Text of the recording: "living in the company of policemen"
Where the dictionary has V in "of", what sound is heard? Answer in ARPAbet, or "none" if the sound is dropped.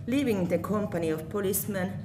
F